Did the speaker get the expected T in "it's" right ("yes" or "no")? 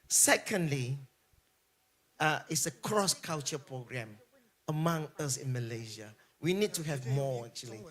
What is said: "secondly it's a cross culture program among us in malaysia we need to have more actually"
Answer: yes